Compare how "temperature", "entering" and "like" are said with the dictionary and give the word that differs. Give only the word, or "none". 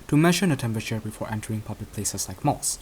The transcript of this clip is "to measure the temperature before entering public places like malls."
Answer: none